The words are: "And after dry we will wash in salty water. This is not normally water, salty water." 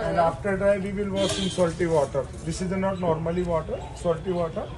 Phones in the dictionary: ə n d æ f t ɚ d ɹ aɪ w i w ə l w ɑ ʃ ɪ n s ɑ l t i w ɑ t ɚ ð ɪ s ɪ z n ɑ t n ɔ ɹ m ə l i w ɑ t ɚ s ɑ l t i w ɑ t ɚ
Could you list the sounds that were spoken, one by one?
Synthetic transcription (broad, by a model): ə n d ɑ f t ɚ d ɹ aɪ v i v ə l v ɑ s ɪ n s ɑ l t i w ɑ t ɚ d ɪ s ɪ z n ɑ t n ɔ ɹ m ə l i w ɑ t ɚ s ɑ l t i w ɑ t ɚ